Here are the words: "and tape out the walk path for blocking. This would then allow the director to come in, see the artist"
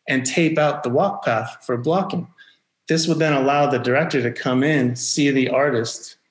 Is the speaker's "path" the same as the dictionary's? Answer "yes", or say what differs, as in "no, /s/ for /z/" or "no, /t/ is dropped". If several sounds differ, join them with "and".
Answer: yes